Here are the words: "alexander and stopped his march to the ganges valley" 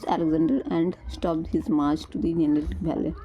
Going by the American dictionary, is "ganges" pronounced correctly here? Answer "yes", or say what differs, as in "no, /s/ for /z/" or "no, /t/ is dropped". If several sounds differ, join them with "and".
no, /dʒ/ is dropped